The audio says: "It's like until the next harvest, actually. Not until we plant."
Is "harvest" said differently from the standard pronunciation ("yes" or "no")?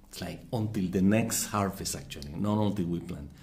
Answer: yes